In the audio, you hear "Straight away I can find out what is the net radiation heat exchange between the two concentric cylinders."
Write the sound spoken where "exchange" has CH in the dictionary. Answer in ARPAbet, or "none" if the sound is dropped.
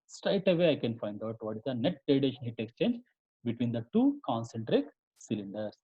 CH